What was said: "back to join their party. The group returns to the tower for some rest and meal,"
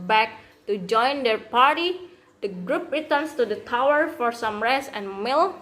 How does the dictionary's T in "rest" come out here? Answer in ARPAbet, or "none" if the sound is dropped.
none